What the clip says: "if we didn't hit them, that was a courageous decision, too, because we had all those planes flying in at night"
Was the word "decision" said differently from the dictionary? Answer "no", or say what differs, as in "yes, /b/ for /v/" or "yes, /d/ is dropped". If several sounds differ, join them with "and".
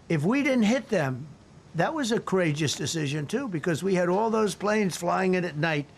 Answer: no